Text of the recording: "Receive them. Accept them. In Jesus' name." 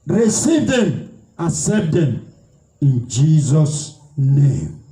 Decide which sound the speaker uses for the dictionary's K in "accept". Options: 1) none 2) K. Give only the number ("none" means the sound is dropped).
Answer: 1